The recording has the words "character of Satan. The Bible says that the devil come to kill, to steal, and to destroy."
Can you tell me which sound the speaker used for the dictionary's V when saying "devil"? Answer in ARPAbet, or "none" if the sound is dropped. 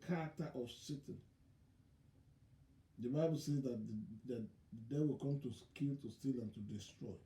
W